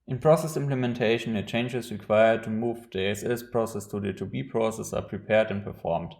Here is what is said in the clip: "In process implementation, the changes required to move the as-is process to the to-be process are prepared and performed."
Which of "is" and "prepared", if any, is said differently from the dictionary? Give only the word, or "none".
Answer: is